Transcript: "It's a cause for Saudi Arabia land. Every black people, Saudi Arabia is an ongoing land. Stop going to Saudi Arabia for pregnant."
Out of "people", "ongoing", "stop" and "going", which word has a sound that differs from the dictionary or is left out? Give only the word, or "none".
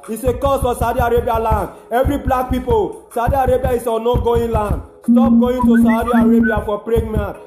ongoing